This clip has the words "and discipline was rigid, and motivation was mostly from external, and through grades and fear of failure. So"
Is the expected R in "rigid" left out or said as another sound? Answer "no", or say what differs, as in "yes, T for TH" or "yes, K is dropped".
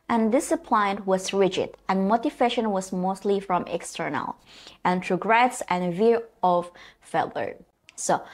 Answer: no